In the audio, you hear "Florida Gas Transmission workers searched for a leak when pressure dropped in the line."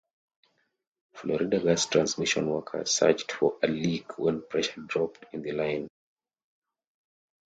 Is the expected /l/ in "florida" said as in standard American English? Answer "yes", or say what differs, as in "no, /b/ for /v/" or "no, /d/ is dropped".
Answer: yes